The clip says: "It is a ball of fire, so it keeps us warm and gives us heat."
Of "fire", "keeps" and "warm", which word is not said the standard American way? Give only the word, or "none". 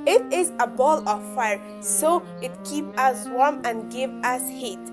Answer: keeps